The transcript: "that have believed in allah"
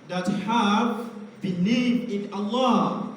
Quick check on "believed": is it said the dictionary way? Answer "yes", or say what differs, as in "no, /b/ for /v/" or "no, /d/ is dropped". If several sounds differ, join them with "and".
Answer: no, /n/ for /l/ and /v/ is dropped